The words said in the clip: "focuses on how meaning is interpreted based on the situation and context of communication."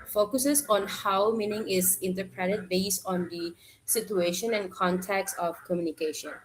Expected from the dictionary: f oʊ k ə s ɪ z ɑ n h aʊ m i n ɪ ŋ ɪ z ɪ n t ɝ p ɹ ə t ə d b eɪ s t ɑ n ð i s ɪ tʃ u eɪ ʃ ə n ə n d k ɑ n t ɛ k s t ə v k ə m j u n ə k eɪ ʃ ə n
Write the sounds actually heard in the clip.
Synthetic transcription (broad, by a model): f oʊ k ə s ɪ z ɑ n h aʊ m i n ɪ ŋ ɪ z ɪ n t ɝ p ɹ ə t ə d b eɪ s t ɑ n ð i s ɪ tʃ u eɪ ʃ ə n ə n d k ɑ n t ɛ k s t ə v k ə m j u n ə k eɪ ʃ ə n